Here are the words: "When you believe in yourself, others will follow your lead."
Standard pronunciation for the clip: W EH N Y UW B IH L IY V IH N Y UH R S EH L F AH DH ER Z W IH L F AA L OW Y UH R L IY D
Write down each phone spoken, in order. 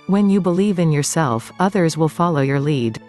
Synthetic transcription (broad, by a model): W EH N Y UW B IH L IY V IH N Y UH R S EH L F AH DH ER Z W IH L F AA L OW Y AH R L IY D